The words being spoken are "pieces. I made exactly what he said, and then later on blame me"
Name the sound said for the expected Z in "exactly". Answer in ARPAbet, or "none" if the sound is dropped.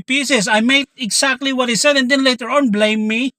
S